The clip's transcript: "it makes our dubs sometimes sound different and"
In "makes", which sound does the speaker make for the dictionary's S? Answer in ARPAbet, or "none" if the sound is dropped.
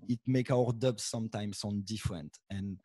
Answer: none